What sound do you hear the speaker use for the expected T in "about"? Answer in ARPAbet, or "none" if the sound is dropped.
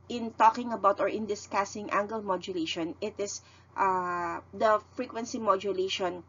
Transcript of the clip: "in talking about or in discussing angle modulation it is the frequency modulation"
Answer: T